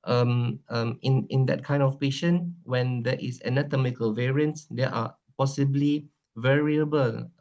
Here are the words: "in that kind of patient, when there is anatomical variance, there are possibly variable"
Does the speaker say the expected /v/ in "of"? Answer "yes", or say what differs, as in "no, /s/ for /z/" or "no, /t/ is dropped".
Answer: no, /f/ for /v/